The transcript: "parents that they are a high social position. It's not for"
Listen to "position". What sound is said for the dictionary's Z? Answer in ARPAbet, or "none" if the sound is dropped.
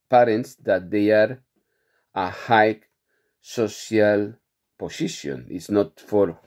S